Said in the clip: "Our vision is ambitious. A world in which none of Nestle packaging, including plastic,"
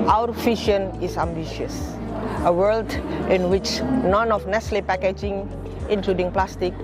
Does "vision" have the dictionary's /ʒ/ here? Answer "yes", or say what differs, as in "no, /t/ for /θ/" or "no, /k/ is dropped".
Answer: no, /ʃ/ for /ʒ/